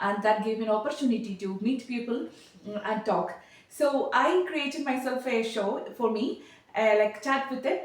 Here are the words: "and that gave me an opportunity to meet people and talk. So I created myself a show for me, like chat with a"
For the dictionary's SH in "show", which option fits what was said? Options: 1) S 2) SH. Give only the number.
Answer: 2